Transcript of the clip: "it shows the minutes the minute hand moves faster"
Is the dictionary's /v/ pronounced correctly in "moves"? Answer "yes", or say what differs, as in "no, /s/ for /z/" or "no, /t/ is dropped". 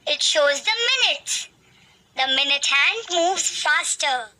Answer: yes